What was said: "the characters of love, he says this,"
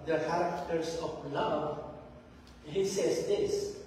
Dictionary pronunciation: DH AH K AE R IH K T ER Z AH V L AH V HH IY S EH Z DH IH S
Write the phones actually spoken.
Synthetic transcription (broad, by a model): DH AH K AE R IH K T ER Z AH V L AH V HH IY S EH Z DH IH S